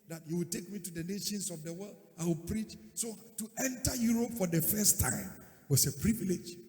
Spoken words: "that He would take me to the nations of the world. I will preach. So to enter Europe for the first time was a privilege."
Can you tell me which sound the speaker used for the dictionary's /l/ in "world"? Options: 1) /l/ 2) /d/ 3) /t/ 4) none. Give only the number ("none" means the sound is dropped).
1